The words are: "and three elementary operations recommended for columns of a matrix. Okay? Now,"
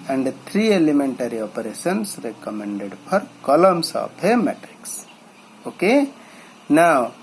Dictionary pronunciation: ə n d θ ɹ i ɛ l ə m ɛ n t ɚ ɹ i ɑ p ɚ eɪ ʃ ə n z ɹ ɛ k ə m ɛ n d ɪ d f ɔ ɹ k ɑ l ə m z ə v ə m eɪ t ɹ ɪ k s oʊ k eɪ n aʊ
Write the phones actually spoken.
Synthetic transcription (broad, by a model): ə n d t ɹ i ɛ l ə m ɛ n t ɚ ɹ i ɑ p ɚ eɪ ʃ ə n s ɹ ɛ k ə m ɛ n d ɪ d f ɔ ɹ k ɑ l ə m s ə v ə m eɪ t ɹ ɪ k s oʊ k eɪ n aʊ